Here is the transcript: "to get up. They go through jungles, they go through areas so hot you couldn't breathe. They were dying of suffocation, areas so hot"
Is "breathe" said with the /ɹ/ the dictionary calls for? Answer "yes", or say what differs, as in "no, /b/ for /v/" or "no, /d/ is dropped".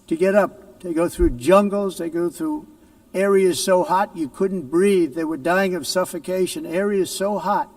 yes